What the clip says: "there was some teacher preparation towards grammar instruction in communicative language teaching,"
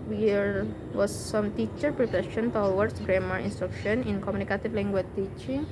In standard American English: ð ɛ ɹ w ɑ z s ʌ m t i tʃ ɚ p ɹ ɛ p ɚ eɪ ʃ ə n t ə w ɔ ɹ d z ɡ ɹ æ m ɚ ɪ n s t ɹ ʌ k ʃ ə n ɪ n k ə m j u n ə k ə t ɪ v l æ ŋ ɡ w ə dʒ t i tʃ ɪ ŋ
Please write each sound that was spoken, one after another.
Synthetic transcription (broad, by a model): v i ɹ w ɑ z s ʌ m t i tʃ ɚ p ɹ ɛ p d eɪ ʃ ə n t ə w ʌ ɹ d s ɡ ɹ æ m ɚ ɪ n s t ɹ ʌ k ʃ ə n ɪ n k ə m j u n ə k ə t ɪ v l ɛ ŋ ɡ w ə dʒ t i tʃ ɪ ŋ